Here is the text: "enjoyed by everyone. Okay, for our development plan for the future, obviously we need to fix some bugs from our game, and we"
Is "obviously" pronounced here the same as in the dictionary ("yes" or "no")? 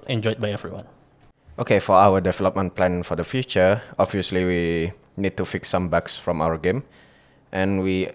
yes